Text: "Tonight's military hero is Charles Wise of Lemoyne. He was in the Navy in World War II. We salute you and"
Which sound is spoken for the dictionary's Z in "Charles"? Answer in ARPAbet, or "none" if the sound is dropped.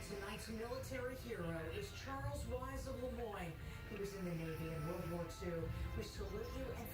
Z